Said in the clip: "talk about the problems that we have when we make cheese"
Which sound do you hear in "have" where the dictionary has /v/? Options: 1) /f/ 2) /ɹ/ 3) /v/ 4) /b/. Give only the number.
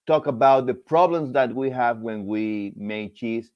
3